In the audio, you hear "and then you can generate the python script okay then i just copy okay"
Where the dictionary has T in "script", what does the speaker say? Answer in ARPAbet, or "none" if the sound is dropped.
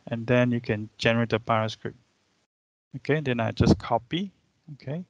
none